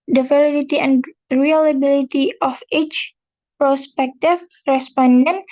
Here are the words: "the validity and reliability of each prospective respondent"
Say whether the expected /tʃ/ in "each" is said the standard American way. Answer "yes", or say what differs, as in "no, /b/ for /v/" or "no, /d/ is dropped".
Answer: yes